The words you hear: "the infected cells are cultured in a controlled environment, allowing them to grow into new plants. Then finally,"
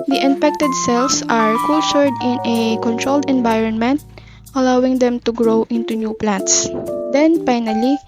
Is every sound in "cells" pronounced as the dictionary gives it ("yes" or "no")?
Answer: no